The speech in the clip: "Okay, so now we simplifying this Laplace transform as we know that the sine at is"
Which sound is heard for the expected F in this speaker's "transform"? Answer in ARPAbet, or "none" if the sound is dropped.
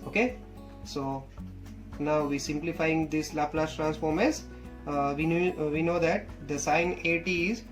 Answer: F